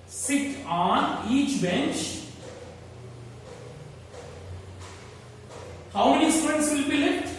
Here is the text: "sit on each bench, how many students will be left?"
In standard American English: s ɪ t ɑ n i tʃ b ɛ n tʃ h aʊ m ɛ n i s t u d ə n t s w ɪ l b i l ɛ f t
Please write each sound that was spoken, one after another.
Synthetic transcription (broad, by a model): s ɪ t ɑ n i tʃ b ɛ n tʃ h aʊ m ɛ n i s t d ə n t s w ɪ l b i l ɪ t